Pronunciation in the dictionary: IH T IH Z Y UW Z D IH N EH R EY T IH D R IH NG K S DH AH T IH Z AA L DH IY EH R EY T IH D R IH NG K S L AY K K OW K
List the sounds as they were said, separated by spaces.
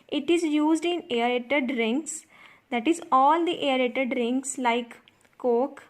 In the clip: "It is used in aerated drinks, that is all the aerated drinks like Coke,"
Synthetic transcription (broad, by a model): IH T IH Z Y UW Z D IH N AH R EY T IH D R IH NG K S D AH T IH Z AA L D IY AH R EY T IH D R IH NG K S L AY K K OW K